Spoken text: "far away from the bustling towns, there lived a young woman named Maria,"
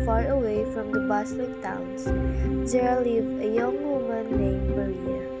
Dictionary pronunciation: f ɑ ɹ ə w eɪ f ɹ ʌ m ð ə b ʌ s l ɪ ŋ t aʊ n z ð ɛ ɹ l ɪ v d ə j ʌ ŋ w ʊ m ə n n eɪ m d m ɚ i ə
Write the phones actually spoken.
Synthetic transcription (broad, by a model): f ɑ ɹ ə w eɪ f ɹ ʌ m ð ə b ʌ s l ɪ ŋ t aʊ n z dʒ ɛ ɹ l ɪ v ə j ʌ ŋ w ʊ m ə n n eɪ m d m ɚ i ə